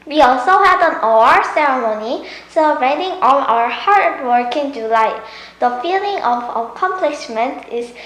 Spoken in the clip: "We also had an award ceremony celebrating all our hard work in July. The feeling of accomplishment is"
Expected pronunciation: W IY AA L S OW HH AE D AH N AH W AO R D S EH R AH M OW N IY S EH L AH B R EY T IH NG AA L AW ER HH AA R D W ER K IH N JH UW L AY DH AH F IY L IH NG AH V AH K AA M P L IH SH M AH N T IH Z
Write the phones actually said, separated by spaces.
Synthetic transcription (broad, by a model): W IY AA L S OW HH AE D AH N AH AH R S EH R AH M OW N IY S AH R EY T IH NG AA N AW ER HH AA R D W ER K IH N JH UW L AY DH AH F IY L IH NG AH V AH K AA M P L IH SH M AH N T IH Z